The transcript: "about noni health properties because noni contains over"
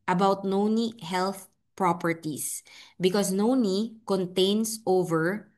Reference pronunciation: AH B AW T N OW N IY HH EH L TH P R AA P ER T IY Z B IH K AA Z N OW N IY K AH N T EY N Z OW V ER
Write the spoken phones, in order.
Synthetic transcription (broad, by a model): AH B AW T N OW N IY HH EH L TH P R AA P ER T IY S B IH K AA S N OW N IY K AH N T EY N S OW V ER